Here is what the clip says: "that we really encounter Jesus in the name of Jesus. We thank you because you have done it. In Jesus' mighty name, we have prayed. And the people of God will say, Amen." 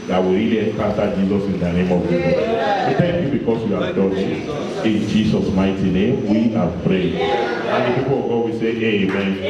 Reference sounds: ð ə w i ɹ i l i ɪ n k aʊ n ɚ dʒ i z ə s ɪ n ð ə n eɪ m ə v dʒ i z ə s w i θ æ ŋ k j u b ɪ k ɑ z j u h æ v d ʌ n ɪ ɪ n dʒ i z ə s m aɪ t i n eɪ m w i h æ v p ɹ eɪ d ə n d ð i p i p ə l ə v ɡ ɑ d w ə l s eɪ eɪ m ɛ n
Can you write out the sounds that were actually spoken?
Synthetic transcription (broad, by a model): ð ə w i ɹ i i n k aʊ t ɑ dʒ i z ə s ɪ n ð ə n eɪ m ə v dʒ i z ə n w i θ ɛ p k j u b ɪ k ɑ s j u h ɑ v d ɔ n ɪ ɪ n dʒ i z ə s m aɪ t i n eɪ m w i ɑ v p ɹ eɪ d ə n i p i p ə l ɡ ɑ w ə s eɪ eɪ m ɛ n